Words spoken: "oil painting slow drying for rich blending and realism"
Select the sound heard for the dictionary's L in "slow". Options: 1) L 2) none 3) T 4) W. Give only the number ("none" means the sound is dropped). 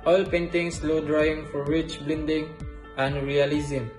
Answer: 1